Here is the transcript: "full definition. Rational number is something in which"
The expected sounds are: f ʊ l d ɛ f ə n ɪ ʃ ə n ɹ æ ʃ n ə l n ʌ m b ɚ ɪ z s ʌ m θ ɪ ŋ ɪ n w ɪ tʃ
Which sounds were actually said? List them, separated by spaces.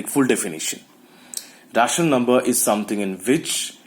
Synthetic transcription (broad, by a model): f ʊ l d ɛ f ə n ɪ ʃ ə n ɹ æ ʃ ə n n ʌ m b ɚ ɪ z s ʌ m t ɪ ŋ ɪ n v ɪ tʃ